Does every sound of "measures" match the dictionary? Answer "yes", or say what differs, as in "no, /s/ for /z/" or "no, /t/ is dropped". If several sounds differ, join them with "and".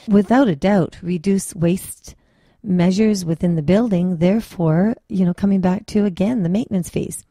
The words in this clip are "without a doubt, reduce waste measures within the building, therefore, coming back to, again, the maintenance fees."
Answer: yes